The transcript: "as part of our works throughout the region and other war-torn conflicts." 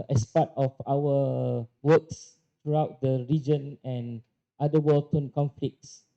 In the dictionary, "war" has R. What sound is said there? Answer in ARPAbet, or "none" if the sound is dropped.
L